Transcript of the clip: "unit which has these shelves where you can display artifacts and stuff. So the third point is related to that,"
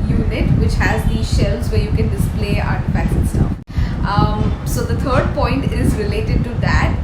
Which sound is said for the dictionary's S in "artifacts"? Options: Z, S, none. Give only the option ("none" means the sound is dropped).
none